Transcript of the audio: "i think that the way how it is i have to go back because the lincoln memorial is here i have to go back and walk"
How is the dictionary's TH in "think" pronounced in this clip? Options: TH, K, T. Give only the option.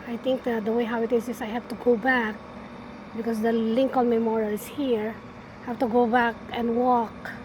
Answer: T